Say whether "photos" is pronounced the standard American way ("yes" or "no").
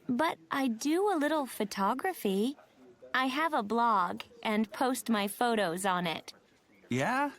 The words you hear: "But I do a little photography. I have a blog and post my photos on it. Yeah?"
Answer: yes